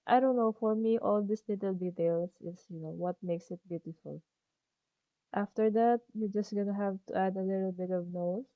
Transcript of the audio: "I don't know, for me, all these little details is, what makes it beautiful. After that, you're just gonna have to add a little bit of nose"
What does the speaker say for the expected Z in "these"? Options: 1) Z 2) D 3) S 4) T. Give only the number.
3